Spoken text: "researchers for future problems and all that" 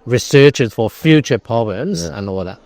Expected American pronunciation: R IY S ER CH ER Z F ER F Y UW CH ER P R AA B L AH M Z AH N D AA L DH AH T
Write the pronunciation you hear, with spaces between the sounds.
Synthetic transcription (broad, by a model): R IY S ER CH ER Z F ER F Y UW CH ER P R AA B L AH M Z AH N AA L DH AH T